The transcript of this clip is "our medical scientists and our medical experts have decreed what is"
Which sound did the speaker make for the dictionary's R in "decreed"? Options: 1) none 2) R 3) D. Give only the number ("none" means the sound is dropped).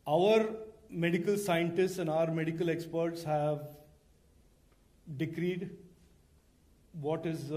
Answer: 2